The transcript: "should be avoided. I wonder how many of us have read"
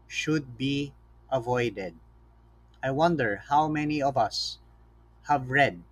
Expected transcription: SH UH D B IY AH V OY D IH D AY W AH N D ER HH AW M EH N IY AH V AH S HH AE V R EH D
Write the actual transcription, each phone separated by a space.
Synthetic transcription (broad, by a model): SH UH D B IY AH V OY D IH D AY W AH N D ER HH AW M EH N IY AH V AH S HH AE V R EH D